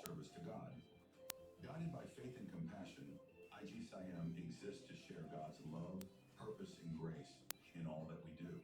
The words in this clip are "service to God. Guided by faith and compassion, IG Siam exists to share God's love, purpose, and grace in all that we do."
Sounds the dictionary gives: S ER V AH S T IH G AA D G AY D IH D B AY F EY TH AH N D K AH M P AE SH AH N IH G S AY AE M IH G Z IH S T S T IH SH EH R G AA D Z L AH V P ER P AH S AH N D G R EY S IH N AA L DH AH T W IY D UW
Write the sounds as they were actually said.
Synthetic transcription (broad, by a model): ER V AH S T IH G AA D G AY D IH D B AY F EY TH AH N K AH M P AE SH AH N IH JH S AY AE M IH G Z IH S S T IH SH EH R G AA D Z L AH V P ER P AH S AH N G R EY S IH N AA L DH AH T W IY D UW